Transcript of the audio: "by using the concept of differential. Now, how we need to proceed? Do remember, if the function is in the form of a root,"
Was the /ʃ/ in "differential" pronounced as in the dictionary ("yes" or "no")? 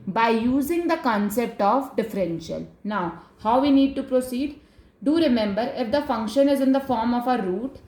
yes